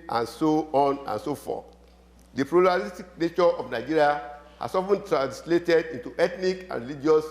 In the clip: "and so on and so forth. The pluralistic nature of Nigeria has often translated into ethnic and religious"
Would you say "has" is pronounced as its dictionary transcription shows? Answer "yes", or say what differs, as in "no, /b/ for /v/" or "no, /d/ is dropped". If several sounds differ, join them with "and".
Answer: no, /s/ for /z/